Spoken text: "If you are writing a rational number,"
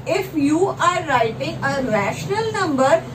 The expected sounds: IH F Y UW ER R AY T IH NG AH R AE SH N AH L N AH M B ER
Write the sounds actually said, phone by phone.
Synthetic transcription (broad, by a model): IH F Y UW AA R AY T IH NG AH R AE SH N AH L N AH M B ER